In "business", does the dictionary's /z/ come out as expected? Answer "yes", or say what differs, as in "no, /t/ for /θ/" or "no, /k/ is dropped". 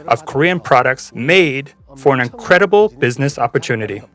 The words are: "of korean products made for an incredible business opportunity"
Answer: yes